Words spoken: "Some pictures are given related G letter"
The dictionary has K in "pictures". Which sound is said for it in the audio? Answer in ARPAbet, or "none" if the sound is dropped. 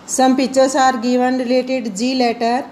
none